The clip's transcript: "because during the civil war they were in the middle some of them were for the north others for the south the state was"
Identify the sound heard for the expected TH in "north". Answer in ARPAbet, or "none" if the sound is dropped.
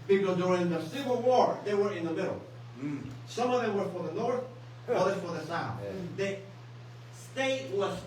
TH